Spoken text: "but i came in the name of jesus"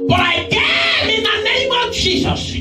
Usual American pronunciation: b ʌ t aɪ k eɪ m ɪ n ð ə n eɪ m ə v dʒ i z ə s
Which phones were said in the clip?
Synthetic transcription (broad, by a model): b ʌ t aɪ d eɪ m ɪ n ð ə n eɪ m ə v dʒ i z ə s